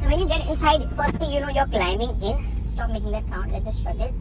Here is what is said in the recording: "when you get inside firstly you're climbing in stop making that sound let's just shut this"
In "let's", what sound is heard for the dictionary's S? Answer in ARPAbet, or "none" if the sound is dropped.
none